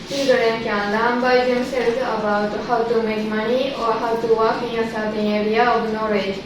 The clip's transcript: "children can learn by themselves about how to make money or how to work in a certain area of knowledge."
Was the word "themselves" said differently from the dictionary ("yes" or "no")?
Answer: yes